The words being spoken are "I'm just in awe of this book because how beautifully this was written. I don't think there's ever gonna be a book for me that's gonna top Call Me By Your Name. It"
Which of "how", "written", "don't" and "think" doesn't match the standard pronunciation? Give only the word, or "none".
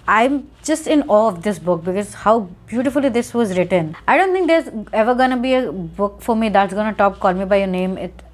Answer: think